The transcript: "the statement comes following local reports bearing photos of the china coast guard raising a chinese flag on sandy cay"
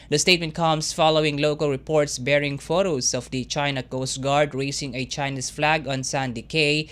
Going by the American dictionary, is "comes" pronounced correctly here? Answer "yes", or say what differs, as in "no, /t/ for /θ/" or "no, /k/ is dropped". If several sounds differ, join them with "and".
no, /s/ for /z/